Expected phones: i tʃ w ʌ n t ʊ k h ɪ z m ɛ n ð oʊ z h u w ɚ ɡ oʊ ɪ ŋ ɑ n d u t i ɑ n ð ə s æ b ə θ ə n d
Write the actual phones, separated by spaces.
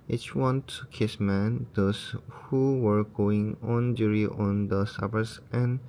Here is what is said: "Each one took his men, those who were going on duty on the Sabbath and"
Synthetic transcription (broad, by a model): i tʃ w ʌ n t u k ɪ s m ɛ n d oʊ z h u w ɚ ɡ oʊ ɪ ŋ ɑ n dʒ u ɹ i ɑ n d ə s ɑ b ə s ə n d